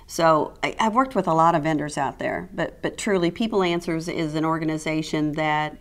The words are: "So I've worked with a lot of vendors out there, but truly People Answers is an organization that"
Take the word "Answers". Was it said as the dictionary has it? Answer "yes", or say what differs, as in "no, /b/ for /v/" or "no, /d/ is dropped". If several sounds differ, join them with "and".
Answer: yes